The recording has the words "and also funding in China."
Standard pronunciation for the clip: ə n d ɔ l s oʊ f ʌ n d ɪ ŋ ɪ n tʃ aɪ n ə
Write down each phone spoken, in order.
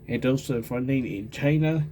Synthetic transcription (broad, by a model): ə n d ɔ s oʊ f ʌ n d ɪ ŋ ɪ n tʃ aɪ n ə